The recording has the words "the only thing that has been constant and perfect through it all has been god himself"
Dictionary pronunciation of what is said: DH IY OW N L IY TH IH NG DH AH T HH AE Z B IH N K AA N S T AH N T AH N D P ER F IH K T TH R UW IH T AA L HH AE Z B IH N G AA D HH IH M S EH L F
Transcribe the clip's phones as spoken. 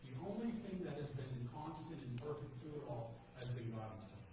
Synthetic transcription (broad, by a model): DH IY OW N L IY TH IH NG DH AH T HH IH Z B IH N K AA N S T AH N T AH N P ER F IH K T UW IH T AA L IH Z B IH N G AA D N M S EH